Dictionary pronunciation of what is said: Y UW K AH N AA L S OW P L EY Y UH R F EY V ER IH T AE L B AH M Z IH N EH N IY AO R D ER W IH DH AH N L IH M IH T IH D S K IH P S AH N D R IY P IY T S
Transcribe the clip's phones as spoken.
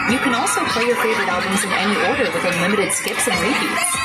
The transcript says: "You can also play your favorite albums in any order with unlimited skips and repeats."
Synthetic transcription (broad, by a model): Y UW K AH N AA L S OW P L EY Y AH R F EY V ER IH T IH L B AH M Z IH N EH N IY AO R D ER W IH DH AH L IH M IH T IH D S K IH P S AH N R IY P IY